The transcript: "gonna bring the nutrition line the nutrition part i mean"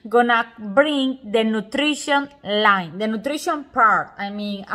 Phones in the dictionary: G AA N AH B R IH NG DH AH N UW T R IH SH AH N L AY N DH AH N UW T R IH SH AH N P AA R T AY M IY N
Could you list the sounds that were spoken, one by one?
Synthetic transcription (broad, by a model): G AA N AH B R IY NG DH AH N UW T R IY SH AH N L AY N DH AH N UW T R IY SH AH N P AA R T AY M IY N